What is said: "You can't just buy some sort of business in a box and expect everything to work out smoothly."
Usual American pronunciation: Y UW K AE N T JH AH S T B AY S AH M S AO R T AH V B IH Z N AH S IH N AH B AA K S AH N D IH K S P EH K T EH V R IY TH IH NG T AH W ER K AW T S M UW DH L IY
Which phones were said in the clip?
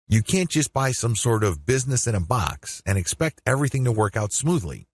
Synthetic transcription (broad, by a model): Y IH K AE N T JH AH S T B AY S AH M S AO R T AH V B IH Z N AH S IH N AH B AA K S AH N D IH K S P EH K T EH V R IY TH IH NG T AH W ER K AW T S M UW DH L IY